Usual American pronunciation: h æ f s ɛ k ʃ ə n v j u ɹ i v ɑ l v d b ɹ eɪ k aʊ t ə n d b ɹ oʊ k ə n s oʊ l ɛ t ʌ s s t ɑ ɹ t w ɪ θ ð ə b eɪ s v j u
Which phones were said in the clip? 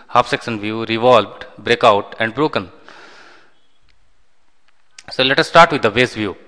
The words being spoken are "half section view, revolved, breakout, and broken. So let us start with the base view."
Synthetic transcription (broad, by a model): h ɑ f s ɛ k s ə n v j u ɹ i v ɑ l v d b ɹ eɪ k aʊ t ə n d b ɹ oʊ k ə n s oʊ l ɛ t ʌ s s t ɑ ɹ t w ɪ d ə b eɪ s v j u